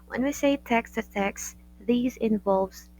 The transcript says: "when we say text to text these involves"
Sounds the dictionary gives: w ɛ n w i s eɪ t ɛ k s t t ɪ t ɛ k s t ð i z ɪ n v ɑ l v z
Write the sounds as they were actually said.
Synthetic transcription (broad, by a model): w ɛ n w i s eɪ t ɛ k s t t ɪ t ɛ k s ð i z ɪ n v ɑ l v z